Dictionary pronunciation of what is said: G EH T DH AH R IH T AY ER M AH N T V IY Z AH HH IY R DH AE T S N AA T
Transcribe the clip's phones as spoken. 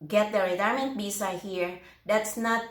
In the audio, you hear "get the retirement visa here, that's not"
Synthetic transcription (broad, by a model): G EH T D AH R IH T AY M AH N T B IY S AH HH IY R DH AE T S N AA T